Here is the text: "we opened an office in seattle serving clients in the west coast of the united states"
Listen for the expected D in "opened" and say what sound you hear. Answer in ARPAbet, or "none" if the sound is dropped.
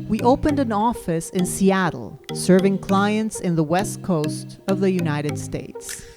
D